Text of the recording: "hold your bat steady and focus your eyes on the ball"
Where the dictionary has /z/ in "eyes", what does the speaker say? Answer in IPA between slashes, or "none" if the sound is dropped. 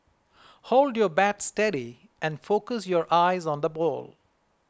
/z/